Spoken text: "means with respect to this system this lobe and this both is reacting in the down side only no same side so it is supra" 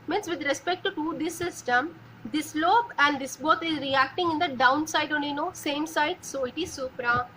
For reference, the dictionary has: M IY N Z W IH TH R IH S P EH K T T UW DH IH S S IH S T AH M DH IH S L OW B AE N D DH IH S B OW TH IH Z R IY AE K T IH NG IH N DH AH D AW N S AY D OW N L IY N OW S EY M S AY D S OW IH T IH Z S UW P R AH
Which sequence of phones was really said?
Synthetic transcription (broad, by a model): M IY N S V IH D R IH S P EH K T T UW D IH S S IH S T AH M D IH S L OW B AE N D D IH S B OW T IH Z R IY AE K T IH NG IH N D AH D AW N S AY D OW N IY N OW S EY M S AY D S OW IH T IH Z S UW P R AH